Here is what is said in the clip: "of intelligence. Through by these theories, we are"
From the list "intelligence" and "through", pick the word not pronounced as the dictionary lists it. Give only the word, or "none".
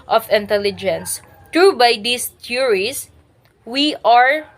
through